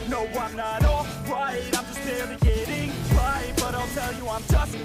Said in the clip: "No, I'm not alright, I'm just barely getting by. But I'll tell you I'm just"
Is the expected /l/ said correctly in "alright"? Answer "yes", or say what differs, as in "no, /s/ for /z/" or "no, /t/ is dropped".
no, /l/ is dropped